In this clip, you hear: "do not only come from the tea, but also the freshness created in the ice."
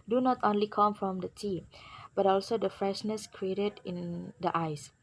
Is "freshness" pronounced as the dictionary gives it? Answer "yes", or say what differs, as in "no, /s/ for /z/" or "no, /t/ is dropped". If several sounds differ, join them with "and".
yes